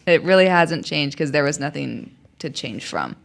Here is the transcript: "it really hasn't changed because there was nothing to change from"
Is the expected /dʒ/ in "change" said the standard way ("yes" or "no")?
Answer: no